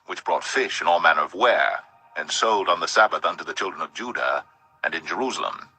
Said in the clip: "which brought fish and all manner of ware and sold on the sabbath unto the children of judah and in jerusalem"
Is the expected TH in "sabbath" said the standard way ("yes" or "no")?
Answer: yes